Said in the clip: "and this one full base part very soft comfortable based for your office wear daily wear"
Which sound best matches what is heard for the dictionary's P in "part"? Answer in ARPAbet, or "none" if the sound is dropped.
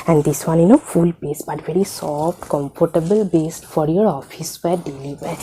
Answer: B